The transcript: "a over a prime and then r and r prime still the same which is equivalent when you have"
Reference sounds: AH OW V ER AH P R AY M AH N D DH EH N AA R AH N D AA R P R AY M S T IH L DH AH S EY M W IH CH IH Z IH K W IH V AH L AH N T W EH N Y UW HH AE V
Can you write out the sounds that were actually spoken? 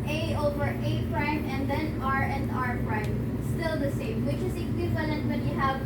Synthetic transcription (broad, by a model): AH OW V ER AH P R AY M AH N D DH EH N AA R AH N D AA R P R AY M S T IH L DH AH S EY M W IH CH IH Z IH K W IH V AH L AH N T W EH N Y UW HH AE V